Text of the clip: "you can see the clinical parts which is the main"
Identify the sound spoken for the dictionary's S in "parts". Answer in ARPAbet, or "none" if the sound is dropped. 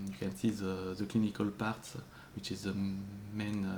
none